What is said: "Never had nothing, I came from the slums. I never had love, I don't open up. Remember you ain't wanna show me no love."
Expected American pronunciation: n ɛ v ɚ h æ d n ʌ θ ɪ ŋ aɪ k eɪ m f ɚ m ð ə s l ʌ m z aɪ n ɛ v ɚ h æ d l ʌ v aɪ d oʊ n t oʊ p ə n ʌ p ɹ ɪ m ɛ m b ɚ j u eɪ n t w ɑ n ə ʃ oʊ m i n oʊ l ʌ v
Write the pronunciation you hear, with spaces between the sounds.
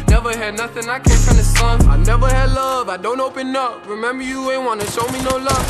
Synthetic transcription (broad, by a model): n ɛ v ɚ h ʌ d n ʌ θ ɪ ŋ aɪ k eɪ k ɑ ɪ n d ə s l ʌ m aɪ n ɛ v ɚ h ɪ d l ʌ v aɪ d oʊ n t oʊ p ə n ʌ p ɹ ɪ m ɛ m b ɚ j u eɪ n w ɑ n ə ʃ oʊ m i n oʊ l ʌ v